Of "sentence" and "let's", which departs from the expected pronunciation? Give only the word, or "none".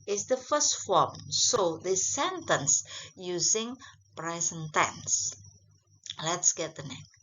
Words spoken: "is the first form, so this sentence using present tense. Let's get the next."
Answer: none